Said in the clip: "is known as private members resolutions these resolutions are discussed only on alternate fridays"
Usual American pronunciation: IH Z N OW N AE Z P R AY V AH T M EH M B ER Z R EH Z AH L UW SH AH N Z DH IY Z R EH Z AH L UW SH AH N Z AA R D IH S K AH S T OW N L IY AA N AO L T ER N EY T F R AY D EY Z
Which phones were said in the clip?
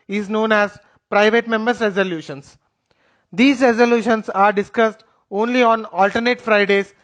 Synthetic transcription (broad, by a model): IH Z N OW N AE Z P R AY V AH T M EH M B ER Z R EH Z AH L UW SH AH N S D IY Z R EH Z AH L UW SH AH N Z AA R D IH S K AH S T OW N L IY AA N AO L T ER N EY T F R AY D EY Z